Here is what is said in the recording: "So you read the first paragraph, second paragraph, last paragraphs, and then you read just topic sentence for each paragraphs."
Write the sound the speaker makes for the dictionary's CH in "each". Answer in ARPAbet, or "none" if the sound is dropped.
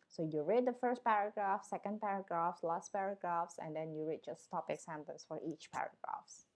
CH